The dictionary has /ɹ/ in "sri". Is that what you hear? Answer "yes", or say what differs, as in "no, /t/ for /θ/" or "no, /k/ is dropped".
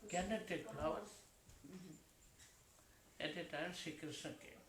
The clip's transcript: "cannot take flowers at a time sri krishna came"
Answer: no, /ɹ/ is dropped